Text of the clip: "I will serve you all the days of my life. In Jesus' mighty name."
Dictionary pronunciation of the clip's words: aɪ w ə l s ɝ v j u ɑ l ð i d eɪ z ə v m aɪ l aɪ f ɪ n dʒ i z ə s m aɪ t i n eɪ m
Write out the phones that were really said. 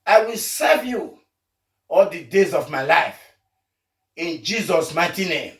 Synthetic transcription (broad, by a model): aɪ w ə l s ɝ v j u ɑ l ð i d eɪ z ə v m aɪ l aɪ f ɪ n dʒ i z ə s m aɪ t i n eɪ m